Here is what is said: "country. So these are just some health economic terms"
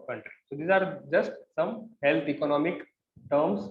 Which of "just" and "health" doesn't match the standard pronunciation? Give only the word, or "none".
health